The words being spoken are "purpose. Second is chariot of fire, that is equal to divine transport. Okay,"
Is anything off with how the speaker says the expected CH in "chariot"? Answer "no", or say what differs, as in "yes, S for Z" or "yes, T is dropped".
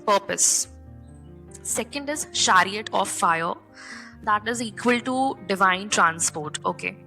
yes, SH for CH